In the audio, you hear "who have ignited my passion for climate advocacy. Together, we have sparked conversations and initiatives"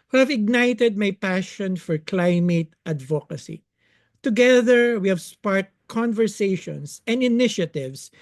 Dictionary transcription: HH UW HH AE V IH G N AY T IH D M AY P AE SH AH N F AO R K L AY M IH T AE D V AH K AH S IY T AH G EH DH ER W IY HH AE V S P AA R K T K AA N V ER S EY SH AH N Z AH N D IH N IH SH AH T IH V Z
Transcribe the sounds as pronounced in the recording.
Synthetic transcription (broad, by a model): HH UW HH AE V IH G N AY T IH D M AY P AE SH AH N F AO R K L AY M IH T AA D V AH K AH S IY T AH G EH DH ER W IY HH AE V S P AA R T K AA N V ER S EY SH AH N S AH N D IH N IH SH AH T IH V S